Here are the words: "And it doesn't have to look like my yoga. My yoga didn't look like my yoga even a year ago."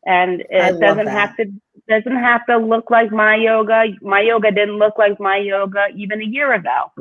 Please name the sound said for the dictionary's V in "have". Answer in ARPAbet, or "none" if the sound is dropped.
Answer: F